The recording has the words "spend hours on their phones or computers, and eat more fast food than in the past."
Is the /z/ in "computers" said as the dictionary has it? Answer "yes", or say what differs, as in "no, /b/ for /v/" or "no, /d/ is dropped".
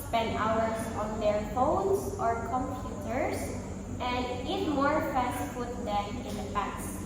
no, /s/ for /z/